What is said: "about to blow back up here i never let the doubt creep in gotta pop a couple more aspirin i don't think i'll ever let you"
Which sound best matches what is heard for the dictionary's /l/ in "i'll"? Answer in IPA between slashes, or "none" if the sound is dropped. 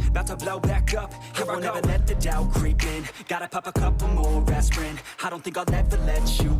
/n/